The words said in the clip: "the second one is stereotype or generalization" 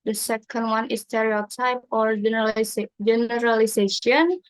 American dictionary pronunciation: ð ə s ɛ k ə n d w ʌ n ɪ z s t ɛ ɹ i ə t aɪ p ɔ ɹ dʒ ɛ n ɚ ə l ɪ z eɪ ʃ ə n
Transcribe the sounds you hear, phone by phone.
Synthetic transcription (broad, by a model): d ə s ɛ k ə n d w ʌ n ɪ s t ɛ ɹ i ə t aɪ p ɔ ɹ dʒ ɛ n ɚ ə l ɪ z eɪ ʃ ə n